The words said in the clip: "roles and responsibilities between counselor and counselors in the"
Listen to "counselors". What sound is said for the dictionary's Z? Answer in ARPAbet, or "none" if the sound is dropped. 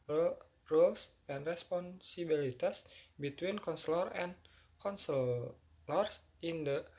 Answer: S